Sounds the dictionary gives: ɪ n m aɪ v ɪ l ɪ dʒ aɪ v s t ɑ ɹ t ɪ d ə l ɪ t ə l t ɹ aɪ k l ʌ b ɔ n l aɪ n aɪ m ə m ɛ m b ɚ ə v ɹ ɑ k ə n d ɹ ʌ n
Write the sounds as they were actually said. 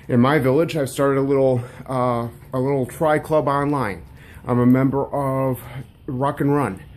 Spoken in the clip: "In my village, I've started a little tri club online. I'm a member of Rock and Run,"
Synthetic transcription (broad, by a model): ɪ n m aɪ v ɪ l ɪ dʒ aɪ v s t ɑ ɹ t ɪ d ə l ɪ t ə l t ɹ aɪ k l ʌ b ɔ n l aɪ n aɪ m ə m ɛ m b ɚ ə v ɹ ɑ k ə n ɹ ʌ n